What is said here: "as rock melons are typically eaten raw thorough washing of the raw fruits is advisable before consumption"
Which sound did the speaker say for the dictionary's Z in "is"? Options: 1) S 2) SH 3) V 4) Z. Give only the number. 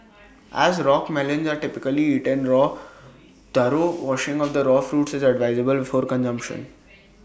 4